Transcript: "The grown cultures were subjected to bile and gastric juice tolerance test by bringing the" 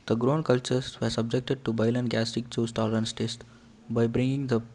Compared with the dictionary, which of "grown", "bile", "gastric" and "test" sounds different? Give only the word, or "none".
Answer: gastric